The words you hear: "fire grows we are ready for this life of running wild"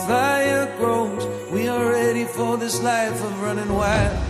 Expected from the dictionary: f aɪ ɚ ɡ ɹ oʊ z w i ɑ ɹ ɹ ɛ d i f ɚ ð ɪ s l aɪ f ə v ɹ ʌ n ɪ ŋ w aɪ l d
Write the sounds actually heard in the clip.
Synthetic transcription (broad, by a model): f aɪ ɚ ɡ ɹ oʊ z w i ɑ l ɹ ɛ d i f ɚ ð ɪ s l aɪ f ə v ɹ ʌ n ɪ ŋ w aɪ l